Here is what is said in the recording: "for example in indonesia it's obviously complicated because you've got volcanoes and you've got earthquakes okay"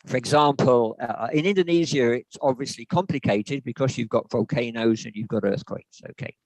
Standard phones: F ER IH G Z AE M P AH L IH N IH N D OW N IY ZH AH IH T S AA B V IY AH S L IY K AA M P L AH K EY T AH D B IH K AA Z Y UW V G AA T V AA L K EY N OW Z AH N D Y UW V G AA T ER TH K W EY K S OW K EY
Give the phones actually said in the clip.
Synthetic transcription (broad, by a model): F ER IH G Z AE M P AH L IH N IH N D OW N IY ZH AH IH T S AA B V IY AH S L IY K AA M P L AH K EY T AH D B IH K AA Z Y UW V G AA T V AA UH K EY N OW Z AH N Y UW V G AA T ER TH K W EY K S OW K EY